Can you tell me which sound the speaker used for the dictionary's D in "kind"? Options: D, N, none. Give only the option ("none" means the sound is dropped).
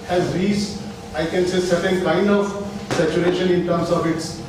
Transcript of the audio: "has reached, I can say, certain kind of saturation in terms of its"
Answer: D